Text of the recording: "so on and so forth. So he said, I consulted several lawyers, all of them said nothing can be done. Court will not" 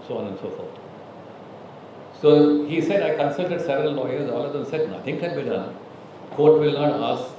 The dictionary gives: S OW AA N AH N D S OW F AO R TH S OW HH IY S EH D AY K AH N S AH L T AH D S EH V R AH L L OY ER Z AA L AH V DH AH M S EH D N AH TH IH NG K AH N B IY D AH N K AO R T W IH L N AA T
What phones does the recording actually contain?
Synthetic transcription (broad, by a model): S OW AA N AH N S OW F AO R T S OW HH IY S EH D AY K AH N S AH L T AH D S EH V R AH L L OY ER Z AA L AH V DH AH M S EH D N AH T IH NG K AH L B IY D AH N K AO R T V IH L N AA T